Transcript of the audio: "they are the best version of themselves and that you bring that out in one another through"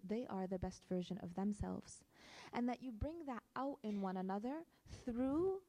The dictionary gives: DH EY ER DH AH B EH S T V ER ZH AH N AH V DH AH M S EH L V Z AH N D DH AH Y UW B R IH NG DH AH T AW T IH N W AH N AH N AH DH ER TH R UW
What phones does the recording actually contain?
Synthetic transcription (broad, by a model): DH EY ER DH AH B EH S T V ER ZH AH N AH V DH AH M S EH L V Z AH N DH AH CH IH B R IH NG DH AH T AW T IH N W AH N AH N AH DH ER TH R UW